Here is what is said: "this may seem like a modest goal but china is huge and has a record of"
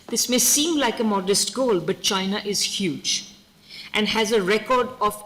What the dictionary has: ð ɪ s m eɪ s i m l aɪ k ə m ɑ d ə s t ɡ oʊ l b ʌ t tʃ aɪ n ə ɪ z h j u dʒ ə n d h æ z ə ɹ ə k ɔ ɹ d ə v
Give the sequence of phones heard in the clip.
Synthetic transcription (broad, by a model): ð ɪ s m eɪ s i m l aɪ k ə m ɑ d ə s t ɡ oʊ l b ʌ t tʃ aɪ n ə ɪ z h j u dʒ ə n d h æ z ə ɹ ə k ɔ ɹ d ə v